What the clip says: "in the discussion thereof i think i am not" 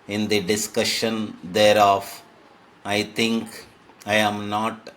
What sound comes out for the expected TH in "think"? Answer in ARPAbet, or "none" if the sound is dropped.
T